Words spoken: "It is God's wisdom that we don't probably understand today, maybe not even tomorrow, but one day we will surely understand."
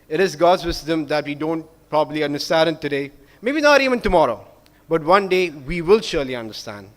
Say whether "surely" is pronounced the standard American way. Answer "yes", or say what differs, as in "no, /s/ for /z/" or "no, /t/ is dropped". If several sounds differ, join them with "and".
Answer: yes